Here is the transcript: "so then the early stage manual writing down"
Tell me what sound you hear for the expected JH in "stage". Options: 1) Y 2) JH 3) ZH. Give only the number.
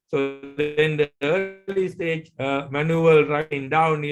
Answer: 2